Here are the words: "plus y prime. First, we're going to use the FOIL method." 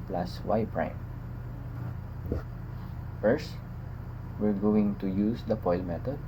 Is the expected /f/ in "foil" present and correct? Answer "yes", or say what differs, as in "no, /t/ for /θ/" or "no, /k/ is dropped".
no, /p/ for /f/